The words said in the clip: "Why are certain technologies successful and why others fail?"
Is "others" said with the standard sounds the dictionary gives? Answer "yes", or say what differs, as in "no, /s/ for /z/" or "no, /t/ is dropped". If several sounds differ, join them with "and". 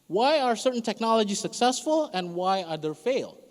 no, /z/ is dropped